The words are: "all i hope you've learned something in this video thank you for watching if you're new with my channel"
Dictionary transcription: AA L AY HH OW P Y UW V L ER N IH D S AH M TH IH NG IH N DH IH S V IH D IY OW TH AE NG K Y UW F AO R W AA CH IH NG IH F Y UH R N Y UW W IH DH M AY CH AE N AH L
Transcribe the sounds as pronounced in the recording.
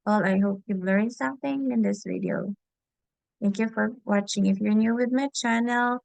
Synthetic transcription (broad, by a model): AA L AY HH OW P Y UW B L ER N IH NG S AH M TH IH NG IH N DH IH S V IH D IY OW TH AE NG K Y UW F AO R W AA CH IH NG IH F Y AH R N Y UW W IH DH M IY CH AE N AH L